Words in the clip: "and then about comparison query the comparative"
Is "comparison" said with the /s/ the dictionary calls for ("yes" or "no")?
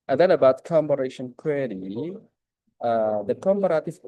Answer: no